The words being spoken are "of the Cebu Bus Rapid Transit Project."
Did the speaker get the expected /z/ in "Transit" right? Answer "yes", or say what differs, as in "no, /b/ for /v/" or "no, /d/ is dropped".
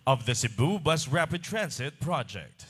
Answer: no, /s/ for /z/